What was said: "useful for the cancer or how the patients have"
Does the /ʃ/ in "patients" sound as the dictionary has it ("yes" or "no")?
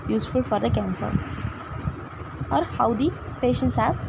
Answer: yes